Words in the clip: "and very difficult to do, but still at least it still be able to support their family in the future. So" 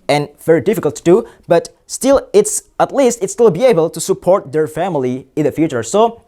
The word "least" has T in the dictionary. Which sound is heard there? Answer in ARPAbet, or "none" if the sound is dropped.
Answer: T